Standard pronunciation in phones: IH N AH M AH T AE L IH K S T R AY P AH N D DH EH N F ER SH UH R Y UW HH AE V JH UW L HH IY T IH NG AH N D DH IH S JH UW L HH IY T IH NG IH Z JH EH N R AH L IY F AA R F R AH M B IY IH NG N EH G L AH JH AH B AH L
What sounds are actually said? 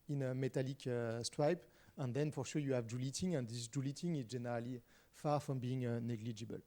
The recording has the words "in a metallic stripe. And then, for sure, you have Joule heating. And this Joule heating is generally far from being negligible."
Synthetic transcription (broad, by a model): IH N AH M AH T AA L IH K S T R AY P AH N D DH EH N F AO SH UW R Y UW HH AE V JH UW L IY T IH NG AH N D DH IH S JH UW L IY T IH NG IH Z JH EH N R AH L IY F AA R F R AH M B IY IH NG N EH G L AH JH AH B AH L